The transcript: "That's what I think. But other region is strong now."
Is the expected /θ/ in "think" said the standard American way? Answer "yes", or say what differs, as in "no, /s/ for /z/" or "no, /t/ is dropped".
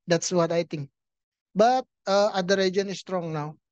no, /t/ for /θ/